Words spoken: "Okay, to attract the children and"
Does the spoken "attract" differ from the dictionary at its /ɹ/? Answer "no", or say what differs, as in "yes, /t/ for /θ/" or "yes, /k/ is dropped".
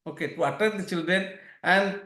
yes, /ɹ/ is dropped